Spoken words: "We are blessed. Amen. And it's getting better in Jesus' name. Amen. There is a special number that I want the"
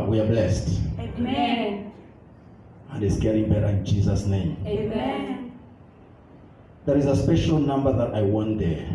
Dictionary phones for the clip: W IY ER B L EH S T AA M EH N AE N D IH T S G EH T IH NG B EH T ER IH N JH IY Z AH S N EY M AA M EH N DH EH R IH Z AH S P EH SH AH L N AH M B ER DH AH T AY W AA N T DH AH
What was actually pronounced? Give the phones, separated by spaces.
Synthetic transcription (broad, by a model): W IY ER B L EH S T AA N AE N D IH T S G EH T IH NG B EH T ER IH N JH IY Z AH S N EY AA M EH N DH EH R IH Z AH S P EH SH AH L N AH M B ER DH AH T AY W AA N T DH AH